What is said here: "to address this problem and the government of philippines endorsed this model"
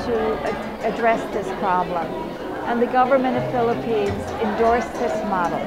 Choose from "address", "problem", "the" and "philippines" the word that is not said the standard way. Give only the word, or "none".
none